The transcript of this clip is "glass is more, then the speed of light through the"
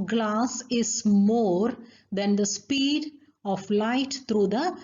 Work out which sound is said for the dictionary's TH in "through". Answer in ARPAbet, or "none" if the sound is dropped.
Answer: T